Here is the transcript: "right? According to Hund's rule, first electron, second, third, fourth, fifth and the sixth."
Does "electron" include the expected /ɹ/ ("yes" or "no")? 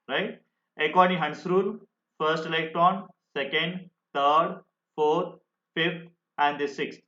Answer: no